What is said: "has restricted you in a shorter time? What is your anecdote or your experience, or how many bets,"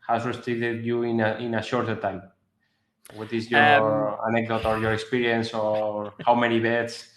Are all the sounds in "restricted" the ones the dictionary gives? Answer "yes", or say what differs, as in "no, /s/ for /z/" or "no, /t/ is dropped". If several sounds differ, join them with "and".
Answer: no, /k/ is dropped